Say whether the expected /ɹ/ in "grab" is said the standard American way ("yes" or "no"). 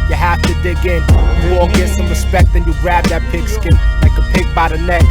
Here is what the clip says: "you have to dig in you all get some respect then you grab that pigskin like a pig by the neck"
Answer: yes